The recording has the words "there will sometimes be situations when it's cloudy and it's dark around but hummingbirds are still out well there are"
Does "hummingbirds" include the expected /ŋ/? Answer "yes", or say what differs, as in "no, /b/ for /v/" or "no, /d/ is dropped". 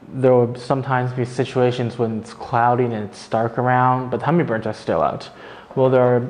no, /ŋ/ is dropped